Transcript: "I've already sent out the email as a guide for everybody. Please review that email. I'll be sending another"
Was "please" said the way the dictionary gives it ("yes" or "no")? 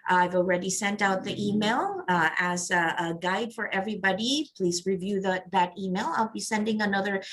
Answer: yes